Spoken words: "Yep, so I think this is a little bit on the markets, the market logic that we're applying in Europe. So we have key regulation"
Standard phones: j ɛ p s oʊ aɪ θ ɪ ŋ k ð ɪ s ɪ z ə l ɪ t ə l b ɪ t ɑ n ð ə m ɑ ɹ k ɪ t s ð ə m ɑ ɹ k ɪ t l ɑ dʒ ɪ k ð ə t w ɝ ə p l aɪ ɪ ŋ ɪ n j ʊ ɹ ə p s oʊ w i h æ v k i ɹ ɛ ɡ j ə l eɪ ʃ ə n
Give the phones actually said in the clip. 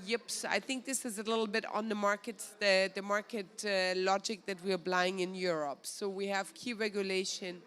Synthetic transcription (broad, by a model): j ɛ p s aɪ θ ɪ ŋ k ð ɪ s ɪ z ə l ɪ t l b ɪ t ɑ n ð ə m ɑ ɹ k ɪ t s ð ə m ɑ ɹ k ɪ t l ɑ dʒ ɪ k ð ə t w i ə b l aɪ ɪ ŋ ɪ n j ʊ ɹ ə p s oʊ w i h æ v k i ɹ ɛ ɡ j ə l eɪ ʃ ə n